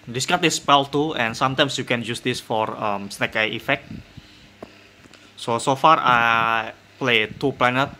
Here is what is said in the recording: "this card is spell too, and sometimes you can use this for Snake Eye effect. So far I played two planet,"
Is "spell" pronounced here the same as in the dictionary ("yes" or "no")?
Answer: yes